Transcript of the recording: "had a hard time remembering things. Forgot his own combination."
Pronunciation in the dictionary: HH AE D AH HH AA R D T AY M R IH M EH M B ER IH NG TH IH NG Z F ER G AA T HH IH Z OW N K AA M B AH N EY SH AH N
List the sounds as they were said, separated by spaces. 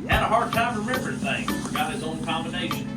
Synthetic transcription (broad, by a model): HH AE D AH HH AA R D T AY M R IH M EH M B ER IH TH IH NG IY F ER G AA T HH IH Z OW N K AA M B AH N EY SH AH N